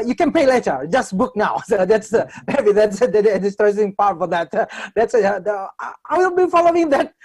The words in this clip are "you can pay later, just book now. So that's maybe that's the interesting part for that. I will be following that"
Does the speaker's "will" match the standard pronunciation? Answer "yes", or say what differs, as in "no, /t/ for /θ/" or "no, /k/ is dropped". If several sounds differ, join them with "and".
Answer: no, /w/ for /l/